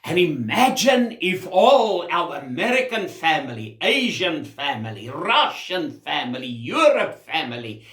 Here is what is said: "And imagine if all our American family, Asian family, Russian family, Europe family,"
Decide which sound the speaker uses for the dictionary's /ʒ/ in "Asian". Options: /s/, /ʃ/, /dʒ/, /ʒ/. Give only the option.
/ʒ/